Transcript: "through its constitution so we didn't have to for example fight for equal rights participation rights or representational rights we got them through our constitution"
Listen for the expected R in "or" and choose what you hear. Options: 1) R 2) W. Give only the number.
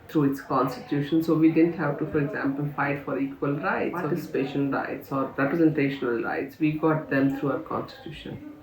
1